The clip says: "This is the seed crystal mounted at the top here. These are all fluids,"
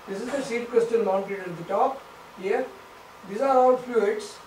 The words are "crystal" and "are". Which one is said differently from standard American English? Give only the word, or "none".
crystal